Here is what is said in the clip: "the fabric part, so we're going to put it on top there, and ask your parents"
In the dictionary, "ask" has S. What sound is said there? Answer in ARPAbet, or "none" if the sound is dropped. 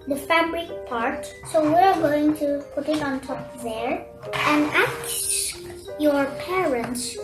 none